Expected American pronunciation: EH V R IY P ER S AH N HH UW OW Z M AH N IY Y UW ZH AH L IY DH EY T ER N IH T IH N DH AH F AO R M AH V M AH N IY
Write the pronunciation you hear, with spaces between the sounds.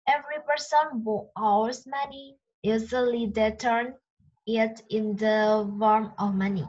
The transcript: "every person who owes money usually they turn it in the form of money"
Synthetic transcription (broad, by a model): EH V R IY P ER S AH N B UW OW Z M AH N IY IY Z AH L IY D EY T ER N IH T IH N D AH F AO R M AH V M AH N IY